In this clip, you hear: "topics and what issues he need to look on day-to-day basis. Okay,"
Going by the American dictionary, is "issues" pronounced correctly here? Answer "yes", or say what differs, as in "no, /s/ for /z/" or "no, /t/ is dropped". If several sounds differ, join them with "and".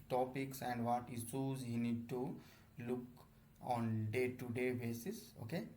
no, /s/ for /ʃ/